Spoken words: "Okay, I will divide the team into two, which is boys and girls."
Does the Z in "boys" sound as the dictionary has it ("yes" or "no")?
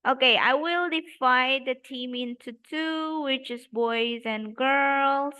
yes